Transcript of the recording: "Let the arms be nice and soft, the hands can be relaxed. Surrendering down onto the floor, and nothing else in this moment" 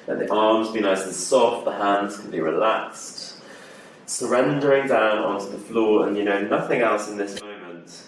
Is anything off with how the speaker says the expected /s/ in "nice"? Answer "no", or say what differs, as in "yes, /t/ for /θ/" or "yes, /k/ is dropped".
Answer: yes, /s/ is dropped